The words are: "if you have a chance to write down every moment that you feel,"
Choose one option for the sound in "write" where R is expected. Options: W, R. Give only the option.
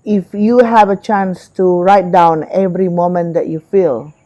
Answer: R